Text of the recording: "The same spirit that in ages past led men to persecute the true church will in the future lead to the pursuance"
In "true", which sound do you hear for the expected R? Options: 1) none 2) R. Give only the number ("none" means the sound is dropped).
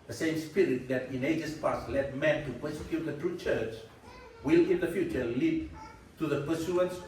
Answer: 2